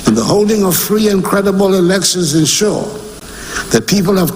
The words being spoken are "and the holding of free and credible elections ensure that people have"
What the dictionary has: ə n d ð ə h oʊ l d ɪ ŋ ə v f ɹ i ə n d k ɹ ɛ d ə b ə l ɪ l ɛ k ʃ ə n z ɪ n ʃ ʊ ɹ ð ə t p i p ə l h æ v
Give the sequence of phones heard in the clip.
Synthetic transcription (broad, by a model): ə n ð ə h oʊ l d ɪ ŋ ə v f ɹ i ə n k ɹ ɛ d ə b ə l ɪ l ɛ k ʃ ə n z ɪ n ʃ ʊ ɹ ð ə t p i p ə l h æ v